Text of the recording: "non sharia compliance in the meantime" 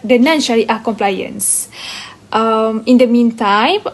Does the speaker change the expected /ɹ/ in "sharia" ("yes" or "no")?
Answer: yes